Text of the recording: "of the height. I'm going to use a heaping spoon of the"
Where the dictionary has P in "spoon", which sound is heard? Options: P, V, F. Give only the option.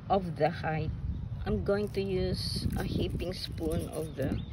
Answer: P